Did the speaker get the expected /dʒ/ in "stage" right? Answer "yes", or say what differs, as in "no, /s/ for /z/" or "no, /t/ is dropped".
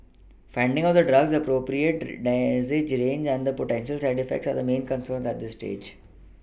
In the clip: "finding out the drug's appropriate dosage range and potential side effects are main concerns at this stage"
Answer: yes